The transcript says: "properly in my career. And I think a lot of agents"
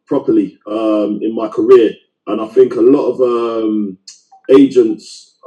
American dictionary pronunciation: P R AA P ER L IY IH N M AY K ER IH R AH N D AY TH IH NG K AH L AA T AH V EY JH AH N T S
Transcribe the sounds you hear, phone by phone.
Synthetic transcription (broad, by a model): P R AA P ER L IY IH N M AY K ER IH R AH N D AY TH IH NG K AH L AA T AH V EY JH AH N T S